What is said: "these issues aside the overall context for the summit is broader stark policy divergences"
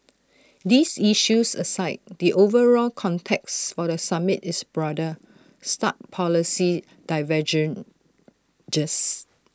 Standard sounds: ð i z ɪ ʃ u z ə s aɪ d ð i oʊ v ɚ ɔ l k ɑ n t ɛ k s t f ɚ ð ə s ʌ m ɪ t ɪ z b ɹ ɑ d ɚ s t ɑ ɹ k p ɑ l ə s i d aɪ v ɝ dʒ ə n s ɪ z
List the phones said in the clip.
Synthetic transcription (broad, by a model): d i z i ʃ u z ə s aɪ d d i oʊ v ɚ ɔ l k ɑ n t ɛ k s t f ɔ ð ə s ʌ m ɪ t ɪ s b ɹ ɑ d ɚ s t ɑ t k p ɑ l ə s i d aɪ v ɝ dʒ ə n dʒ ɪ s